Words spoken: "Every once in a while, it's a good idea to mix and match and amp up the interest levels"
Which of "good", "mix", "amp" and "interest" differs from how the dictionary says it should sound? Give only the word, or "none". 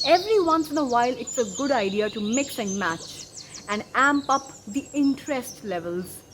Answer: none